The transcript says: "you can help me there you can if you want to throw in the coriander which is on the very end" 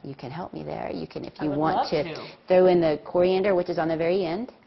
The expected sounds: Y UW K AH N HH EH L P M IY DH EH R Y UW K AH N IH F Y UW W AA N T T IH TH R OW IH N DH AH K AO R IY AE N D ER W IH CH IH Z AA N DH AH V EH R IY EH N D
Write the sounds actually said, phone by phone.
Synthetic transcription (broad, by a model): Y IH K AH N HH EH L P M IY DH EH R Y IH K AH N IH F Y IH W AA N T T IH TH R OW IH N DH AH K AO R IY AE N D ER W IH CH IH Z N DH AH V EH R IY EH N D